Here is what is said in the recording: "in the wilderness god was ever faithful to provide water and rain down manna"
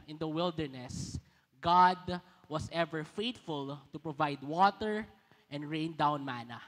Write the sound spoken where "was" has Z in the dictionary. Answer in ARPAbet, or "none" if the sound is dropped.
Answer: S